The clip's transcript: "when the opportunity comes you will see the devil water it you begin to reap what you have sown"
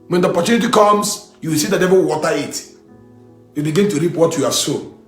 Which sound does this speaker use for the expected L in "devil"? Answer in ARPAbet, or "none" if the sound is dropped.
W